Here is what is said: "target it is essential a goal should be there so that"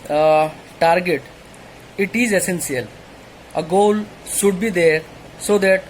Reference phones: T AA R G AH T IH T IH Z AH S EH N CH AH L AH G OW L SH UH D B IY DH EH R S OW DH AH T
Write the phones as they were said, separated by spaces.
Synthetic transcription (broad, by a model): T AA R G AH T IH T IH Z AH S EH N S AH L AH G OW L S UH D B IY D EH R S OW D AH T